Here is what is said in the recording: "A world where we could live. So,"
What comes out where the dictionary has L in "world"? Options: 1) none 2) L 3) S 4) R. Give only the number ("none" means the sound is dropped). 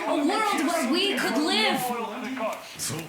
2